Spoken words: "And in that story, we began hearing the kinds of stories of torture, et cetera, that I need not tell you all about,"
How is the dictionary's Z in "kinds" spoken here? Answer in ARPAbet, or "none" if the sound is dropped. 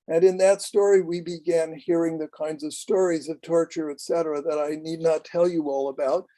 Z